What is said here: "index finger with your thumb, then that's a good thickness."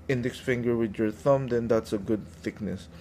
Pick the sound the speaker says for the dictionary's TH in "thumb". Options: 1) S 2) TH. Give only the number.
2